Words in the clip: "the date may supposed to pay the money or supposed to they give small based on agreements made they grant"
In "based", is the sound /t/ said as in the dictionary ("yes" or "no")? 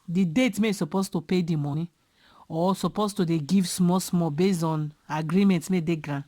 no